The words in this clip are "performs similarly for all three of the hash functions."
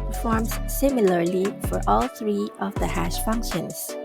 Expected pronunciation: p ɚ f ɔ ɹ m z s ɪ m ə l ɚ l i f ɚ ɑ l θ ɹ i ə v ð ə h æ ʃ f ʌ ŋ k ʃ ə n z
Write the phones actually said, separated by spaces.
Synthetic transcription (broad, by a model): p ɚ f ɔ ɹ m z s ɪ m ə l ɚ l i f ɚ ɑ l θ ɹ i ə v ð ə h æ ʃ f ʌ ŋ k ʃ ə n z